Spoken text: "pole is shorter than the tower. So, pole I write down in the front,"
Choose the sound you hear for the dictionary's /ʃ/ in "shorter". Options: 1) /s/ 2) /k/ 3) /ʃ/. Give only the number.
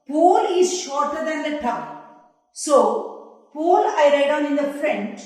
3